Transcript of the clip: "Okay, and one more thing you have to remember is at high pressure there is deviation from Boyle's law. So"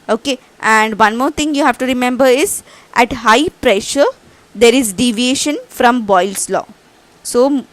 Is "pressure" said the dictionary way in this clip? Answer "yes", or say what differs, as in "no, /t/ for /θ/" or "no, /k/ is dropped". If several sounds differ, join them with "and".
yes